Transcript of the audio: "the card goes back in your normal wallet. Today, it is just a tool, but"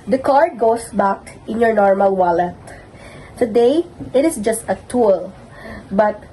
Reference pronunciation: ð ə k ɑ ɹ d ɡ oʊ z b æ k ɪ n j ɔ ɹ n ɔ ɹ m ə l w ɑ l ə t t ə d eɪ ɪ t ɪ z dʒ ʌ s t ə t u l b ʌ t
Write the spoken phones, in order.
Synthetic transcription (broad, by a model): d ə k ɑ ɹ d ɡ oʊ s b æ k ɪ n j ɔ ɹ n ɔ ɹ m ə l w ɑ l ə t t ə d eɪ ɪ t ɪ s dʒ ʌ s t ə t u l b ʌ t